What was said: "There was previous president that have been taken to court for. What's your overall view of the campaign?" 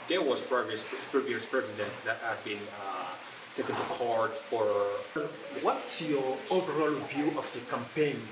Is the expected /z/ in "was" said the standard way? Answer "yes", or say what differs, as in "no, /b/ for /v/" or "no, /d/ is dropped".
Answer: no, /s/ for /z/